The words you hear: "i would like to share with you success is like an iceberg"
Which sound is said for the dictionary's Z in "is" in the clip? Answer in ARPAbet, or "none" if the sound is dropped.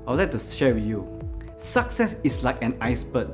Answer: S